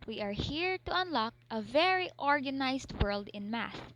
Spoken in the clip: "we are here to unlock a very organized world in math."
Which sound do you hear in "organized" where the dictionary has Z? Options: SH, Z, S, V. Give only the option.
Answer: S